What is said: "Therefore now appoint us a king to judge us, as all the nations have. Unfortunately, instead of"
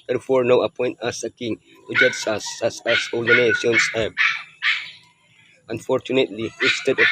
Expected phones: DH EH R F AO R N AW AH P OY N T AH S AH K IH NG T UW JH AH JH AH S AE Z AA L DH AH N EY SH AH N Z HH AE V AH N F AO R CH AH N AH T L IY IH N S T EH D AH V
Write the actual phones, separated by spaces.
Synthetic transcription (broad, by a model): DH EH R F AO R N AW AH P OY N T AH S AH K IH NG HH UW JH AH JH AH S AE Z AA L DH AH N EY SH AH N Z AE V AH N F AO R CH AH N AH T L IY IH S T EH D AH